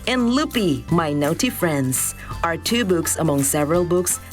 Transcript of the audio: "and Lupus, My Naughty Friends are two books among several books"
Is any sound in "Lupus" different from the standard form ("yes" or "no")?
yes